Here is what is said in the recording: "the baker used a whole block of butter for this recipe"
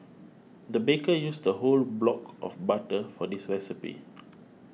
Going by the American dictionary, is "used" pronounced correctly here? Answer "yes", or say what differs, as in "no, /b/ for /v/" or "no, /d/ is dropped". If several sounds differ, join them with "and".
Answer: no, /s/ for /z/